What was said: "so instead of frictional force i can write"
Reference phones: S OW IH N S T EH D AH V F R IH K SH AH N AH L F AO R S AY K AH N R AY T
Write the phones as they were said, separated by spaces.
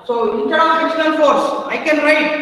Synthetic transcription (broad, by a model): S OW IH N T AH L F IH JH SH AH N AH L F AO R S AY K AH N R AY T